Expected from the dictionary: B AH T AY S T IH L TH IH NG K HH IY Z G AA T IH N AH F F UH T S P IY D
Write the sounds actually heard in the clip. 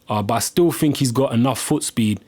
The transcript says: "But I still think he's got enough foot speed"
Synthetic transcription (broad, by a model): B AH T AY S T IH L TH IH NG K HH IY Z G AA T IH N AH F F UH T S P IY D